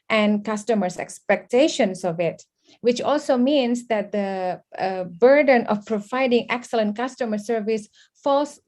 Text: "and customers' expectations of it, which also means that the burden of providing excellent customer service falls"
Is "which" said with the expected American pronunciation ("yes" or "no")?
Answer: yes